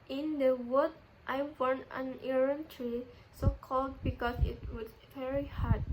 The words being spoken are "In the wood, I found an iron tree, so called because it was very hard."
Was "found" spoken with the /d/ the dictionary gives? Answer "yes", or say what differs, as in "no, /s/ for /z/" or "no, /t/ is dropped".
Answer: no, /d/ is dropped